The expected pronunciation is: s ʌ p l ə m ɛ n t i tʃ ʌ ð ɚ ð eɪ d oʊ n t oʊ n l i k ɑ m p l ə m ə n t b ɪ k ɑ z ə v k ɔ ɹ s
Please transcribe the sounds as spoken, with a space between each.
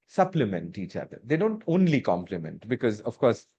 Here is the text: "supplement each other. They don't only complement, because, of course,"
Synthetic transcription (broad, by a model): s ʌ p l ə m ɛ n t i tʃ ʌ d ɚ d eɪ d oʊ n t oʊ n l i k ɑ m p l ə m ə n t b ɪ k ɑ z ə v k ɔ ɹ s